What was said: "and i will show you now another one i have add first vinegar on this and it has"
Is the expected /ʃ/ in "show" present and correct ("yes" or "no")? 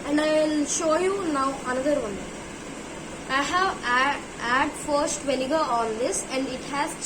yes